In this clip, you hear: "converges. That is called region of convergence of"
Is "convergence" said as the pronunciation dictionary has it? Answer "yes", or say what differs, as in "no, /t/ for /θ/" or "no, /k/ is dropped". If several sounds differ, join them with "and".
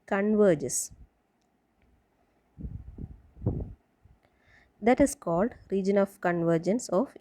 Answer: yes